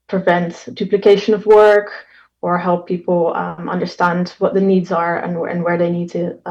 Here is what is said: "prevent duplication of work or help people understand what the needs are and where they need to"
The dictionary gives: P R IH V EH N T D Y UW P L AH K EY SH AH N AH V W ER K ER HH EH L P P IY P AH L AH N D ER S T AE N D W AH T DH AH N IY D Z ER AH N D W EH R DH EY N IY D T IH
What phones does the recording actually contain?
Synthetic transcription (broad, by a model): P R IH V EH N T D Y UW P L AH K EY SH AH N AH V W ER K ER HH EH L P P IY P L AH N D ER S T AE N D W AH T DH AH N IY D Z ER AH N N W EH R DH EY N IY D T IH